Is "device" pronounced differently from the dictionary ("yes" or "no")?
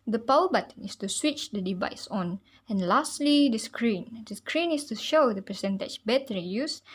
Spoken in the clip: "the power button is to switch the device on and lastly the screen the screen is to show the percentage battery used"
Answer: no